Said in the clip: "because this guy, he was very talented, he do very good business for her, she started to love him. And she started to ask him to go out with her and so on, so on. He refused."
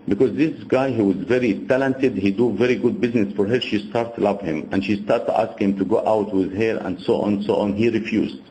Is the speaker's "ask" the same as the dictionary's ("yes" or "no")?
yes